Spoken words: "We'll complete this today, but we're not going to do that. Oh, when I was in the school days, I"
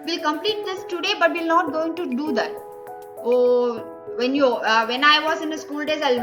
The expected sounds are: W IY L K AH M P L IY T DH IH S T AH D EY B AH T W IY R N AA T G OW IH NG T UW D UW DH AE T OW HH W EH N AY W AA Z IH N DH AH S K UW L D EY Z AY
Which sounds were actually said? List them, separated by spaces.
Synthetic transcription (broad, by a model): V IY L K AH M P L IY T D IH S T AH D EY B AH T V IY L N AA T G OW IH NG T UW D UW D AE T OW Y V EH N AY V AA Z IH N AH S K UW L D EY Z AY